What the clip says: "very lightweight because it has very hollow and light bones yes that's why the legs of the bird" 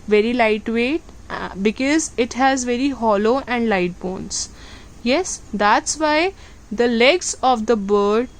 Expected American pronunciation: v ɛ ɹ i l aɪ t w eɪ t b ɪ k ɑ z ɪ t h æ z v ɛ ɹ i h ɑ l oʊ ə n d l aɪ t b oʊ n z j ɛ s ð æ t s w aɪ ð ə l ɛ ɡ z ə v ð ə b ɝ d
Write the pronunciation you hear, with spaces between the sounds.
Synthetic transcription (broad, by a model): v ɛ ɹ i l aɪ t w eɪ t b ɪ k ɑ z ɪ t h æ z v ɛ ɹ i h ɑ l oʊ ə n d l aɪ t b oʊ n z j ɛ s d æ t s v aɪ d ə l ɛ ɡ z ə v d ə b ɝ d